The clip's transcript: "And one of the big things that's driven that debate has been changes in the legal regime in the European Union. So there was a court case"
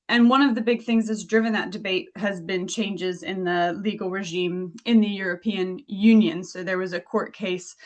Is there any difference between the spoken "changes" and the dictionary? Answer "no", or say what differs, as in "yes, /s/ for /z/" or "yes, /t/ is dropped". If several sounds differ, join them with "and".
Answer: no